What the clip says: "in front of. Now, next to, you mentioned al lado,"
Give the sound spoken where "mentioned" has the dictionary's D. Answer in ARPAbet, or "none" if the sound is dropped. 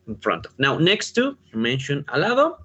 none